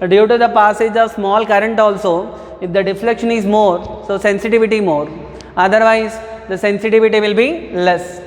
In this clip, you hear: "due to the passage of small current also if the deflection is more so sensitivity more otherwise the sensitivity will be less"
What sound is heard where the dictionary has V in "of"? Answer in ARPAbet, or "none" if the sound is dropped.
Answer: V